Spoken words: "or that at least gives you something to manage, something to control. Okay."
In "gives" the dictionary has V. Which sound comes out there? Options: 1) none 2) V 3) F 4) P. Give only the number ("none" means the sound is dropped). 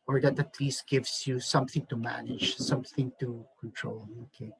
2